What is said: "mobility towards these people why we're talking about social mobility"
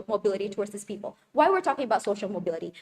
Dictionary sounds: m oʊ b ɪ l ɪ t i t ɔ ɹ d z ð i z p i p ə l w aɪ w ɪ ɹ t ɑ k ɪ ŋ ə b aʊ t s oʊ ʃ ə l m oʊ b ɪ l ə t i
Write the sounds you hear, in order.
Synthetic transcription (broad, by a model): m oʊ b ɪ l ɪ t i t ɔ ɹ d z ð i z p i p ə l w aɪ w ɪ ɹ t ɑ k ɪ ŋ ə b aʊ t s oʊ ʃ l m oʊ b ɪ l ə t i